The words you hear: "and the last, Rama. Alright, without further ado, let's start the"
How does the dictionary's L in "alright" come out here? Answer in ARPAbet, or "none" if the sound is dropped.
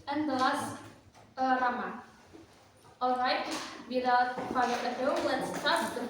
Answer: L